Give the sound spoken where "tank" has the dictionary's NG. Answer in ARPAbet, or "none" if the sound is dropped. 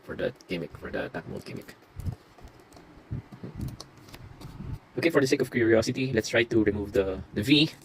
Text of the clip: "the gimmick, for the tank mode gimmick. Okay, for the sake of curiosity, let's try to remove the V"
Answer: none